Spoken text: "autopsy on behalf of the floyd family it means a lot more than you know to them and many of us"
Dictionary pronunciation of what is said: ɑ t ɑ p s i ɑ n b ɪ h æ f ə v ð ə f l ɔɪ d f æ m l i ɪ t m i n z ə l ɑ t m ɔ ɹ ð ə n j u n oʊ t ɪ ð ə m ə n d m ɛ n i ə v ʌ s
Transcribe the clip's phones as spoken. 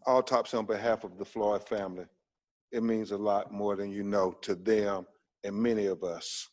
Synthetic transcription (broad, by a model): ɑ t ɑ p s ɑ n b ɪ h æ f ə v ð ə f l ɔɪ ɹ f æ m l i ɪ t m i n z ə l ɑ t m ɔ ɹ ð ə n j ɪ n oʊ t ɪ ð ə m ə n m ɛ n i ə v ʌ s